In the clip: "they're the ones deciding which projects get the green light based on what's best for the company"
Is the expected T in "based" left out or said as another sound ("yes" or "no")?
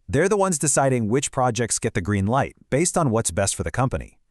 no